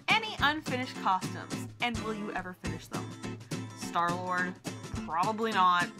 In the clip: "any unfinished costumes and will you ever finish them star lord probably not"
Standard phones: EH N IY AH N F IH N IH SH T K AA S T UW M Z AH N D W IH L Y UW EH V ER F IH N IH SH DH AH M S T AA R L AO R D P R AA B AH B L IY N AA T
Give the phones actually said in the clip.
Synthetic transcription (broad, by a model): EH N IY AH N F IH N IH SH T K AA S T UW M Z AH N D W IH L Y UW EH V ER F IH N IH SH DH AH M S T AA R L AO R D P R AA B AH B L IY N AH T